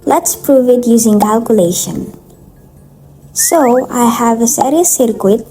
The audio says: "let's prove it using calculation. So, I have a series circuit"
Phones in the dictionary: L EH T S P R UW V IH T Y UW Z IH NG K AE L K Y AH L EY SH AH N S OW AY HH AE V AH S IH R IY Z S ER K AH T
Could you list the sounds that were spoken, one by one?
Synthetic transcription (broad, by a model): L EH T S P R UW V IH T Y UW Z IH NG K AE L K Y AH L EY SH AH N S OW AY HH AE V AH S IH R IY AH S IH K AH T